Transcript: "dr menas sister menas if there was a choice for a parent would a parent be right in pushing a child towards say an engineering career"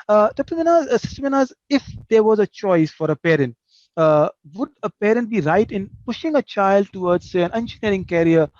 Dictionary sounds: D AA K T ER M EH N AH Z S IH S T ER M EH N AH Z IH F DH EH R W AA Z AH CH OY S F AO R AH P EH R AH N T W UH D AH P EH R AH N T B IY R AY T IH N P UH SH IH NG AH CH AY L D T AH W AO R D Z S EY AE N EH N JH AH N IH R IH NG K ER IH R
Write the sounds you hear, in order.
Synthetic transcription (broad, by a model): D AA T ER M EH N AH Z S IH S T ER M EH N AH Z IH F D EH R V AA Z AH CH OY S F AO R AH P EH R AH N T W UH D AH P EH R AH N T B IY R AY T IH N P UH SH IH NG AH CH AY L D T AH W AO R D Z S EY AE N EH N SH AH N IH R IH NG K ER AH R